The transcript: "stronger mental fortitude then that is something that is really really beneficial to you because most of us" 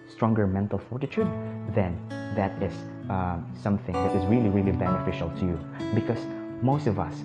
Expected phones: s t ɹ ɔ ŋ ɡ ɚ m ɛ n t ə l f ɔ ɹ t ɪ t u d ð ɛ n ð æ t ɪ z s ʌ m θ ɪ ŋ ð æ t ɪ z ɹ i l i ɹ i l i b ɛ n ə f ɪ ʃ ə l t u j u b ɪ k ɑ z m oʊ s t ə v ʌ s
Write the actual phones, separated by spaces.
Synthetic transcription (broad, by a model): s t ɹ ɔ ŋ ɡ ɚ m ɛ n t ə l f ɔ ɹ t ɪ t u d ð ɛ n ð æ t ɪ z s ʌ m θ ɪ ŋ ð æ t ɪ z ɹ i l i ɹ i l i b ɛ n ə f ɪ ʃ ə l t u j u b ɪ k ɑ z m oʊ s t ə v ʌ s